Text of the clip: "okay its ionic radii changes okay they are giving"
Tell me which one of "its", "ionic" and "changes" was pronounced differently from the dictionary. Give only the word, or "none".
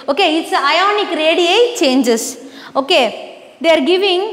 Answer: changes